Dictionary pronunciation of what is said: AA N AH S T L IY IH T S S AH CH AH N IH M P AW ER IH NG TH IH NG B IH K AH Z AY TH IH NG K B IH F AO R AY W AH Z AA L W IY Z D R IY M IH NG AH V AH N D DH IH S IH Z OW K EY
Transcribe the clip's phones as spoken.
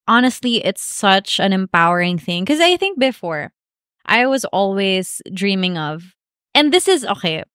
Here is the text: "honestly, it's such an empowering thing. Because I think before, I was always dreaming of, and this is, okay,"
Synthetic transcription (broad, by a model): AA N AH S T L IY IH T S S AH CH AH N IH M P AW ER IH NG TH IH NG K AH Z AY TH IH NG K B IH F AO R AY W AH Z AA L W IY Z D R IY M IH NG AH V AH N DH IH S IH Z OW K EY